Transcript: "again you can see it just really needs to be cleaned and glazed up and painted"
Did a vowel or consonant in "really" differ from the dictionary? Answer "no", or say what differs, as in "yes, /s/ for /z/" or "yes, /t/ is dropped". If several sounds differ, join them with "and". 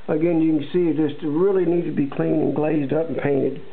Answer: no